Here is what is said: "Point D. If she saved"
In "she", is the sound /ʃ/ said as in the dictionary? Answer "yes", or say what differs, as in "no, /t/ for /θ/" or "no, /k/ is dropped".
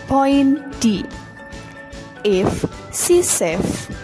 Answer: no, /s/ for /ʃ/